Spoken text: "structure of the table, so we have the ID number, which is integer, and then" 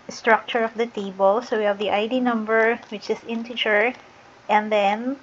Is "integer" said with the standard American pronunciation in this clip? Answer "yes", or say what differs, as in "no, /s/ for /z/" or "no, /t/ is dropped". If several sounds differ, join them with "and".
no, /tʃ/ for /dʒ/